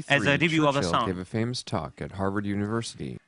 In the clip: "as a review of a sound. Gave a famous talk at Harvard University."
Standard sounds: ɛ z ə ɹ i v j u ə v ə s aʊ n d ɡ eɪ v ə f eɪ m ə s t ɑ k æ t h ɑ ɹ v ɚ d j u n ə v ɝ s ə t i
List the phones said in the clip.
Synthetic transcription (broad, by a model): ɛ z ə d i b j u ə v ə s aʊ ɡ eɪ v ə f eɪ m ə s t ɑ k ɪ t h ɑ ɹ v ɚ d j u n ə v ɝ s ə t i